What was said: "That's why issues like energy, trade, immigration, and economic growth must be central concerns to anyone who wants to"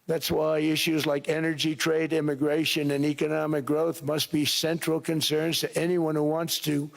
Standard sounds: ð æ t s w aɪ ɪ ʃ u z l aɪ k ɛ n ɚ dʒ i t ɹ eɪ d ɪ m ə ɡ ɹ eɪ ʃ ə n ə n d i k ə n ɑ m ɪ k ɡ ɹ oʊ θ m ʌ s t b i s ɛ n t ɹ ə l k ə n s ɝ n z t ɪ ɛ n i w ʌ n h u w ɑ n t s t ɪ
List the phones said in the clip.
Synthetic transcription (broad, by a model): ð æ t s w aɪ ɪ ʃ u z l aɪ k ɛ n ɚ dʒ i t ɹ eɪ d ɪ m ə ɡ ɹ eɪ ʃ ə n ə n i k ə n ɑ m ɪ k ɡ ɹ oʊ θ m ʌ s t b i s ɛ n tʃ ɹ l k ə n s ɝ n z t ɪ ɛ n i w ʌ n h u w ɑ n t s t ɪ